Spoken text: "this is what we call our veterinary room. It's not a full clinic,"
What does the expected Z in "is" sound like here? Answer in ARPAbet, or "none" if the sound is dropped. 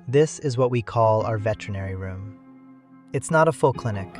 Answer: Z